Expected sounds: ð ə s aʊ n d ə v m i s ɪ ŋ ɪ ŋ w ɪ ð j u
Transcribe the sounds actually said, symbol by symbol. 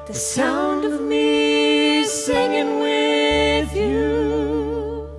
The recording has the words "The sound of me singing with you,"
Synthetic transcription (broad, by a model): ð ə s aʊ n d ə v m i s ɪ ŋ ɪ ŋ w ɪ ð j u